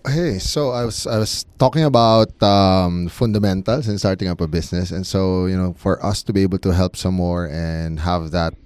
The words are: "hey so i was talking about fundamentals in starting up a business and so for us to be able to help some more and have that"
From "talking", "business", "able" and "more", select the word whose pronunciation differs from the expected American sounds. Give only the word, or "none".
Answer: business